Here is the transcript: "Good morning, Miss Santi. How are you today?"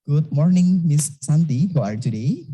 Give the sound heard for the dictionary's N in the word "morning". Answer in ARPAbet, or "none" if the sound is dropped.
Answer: N